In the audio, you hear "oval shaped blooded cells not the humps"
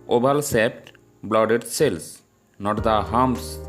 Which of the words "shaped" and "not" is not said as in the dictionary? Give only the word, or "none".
shaped